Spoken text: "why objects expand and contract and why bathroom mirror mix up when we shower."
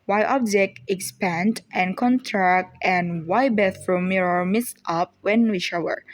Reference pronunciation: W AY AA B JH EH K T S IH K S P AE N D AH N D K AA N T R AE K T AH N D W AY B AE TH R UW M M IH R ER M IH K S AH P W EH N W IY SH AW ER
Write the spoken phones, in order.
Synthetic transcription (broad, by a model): W AY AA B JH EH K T IH K S P AE N D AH N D K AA N T R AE K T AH N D W AY B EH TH R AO M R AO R M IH S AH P W EH N W IY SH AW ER